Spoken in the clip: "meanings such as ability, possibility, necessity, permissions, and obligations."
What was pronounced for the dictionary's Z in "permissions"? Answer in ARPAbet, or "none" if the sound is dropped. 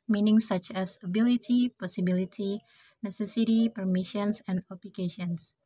S